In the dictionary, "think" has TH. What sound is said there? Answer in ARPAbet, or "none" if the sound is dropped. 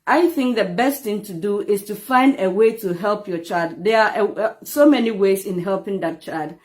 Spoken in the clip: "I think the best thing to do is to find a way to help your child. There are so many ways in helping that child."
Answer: TH